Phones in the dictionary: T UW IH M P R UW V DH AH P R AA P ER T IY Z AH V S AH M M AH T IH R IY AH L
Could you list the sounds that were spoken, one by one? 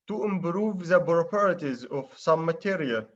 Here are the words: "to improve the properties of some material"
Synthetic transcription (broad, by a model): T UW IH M B R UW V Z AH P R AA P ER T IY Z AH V S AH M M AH T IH R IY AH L